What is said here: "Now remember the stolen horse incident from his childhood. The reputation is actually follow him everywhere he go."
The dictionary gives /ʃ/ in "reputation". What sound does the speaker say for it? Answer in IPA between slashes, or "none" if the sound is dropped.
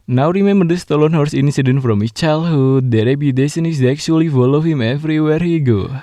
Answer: /s/